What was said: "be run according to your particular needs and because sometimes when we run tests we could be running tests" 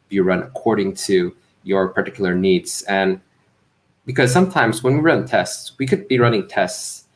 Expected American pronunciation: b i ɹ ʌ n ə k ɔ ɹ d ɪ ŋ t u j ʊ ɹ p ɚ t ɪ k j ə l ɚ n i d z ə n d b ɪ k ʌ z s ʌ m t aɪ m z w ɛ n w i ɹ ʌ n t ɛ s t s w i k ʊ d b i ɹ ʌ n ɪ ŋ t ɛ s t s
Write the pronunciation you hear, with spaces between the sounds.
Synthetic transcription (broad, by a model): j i ɹ ʌ n ə k ɔ ɹ d ɪ ŋ t u j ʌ ɹ p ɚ t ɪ k j l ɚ n i d z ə n b ɪ k ʌ z s ʌ m t aɪ m z w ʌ n w i ɹ ʌ n t ɛ s t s w i k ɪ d b i ɹ ʌ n ɪ ŋ t ɛ s t s